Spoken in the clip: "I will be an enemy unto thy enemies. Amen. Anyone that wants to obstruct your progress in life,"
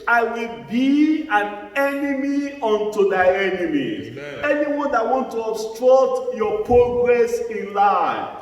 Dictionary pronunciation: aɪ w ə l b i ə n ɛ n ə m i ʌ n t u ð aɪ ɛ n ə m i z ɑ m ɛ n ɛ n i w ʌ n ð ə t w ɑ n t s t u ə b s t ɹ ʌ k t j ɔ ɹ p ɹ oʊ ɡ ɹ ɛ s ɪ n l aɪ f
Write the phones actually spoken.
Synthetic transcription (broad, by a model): aɪ w ə l b i ə n ɛ n ə m i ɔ n t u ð aɪ ɛ n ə m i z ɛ ɛ n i w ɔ n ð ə t w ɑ n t t u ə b s t ɹ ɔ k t j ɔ p ɹ oʊ ɡ ɹ ɛ s ɪ n l aɪ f